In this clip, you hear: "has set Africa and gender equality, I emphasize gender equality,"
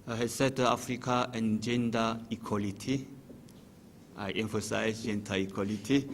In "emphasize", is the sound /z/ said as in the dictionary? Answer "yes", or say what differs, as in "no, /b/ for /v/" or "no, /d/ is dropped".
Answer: no, /s/ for /z/